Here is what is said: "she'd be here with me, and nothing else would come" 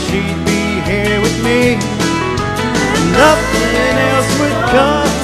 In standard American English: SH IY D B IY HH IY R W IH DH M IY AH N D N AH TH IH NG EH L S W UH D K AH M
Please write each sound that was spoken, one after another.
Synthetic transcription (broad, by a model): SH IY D B IY HH IY R W IH DH M IY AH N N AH F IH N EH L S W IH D K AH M